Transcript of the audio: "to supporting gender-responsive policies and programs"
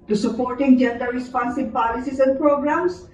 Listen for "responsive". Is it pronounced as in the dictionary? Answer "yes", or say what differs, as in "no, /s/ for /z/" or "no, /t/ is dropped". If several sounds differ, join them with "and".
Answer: no, /b/ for /v/